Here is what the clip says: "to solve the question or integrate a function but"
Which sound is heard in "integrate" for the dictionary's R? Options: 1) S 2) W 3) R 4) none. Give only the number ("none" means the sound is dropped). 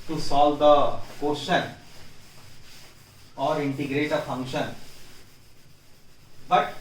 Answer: 3